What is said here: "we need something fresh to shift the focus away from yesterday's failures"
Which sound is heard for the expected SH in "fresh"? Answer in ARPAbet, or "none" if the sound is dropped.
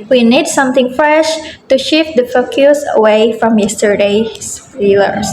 SH